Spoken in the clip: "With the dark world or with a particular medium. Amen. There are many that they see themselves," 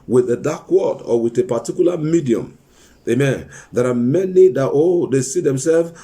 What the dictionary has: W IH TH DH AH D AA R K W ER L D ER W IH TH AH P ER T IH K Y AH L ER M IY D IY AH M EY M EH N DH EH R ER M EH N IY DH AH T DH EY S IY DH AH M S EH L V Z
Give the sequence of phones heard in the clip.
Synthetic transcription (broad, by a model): W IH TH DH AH D AA K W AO D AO W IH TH AH P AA T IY K Y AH L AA M IY D IY AH M EY M EH N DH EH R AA M EH N IY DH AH T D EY S IY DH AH M S EH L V